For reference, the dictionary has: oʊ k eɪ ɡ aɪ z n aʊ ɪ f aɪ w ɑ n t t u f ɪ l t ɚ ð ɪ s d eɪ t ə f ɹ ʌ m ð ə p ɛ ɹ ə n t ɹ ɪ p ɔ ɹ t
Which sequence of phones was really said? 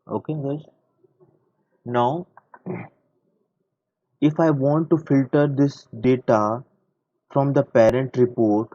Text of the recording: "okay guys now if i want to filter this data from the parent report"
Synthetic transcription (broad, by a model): oʊ k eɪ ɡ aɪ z n aʊ ɪ f aɪ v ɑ n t t u f ɪ l t ɚ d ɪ s d eɪ t ə f ɹ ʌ m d ə p ɛ ɹ ə n t ɹ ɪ p ɔ ɹ t